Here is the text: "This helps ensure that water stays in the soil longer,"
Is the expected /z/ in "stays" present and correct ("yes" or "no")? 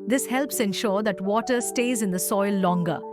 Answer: yes